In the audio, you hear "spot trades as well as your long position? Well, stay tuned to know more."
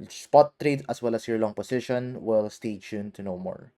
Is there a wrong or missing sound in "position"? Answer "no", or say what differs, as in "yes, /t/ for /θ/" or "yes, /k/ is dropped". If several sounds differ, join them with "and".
yes, /s/ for /z/